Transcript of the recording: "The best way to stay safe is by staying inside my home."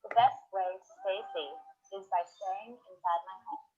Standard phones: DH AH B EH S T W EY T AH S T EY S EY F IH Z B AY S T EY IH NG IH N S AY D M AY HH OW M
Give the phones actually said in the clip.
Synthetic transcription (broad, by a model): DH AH B EH S T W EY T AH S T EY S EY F IH Z B AY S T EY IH NG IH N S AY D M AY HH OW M